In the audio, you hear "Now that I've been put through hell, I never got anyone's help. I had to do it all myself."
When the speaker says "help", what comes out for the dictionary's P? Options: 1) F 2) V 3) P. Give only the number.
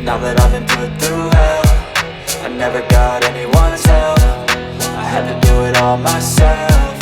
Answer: 1